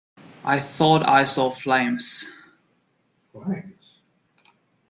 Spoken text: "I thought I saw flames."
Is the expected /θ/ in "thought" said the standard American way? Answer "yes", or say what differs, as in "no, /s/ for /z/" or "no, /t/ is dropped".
yes